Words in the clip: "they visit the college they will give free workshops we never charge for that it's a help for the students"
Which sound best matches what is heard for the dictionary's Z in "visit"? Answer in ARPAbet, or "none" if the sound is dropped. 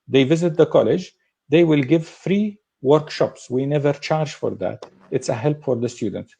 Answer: Z